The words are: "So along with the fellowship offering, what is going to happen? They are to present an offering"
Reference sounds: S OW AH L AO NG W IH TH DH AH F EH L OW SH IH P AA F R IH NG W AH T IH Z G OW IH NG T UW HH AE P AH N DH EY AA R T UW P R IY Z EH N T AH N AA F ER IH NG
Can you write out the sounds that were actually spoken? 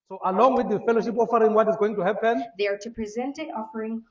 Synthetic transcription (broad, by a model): S OW AH L AO NG W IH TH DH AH F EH L OW SH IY P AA F R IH NG W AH T IH Z G OW IH NG T UW HH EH P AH N DH EY AA R T UW P R IY Z EH N T AH N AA F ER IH NG